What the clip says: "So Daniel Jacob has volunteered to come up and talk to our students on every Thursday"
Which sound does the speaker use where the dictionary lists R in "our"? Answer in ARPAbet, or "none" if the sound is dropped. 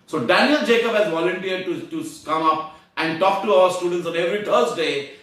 L